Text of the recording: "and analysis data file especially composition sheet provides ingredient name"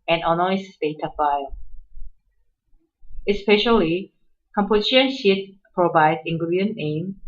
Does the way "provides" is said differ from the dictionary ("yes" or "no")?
yes